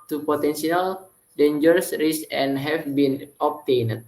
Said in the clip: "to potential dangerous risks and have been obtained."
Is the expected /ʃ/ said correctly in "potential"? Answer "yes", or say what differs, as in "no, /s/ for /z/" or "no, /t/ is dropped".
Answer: no, /s/ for /ʃ/